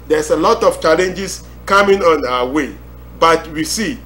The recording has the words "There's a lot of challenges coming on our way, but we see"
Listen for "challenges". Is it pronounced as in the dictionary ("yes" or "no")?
no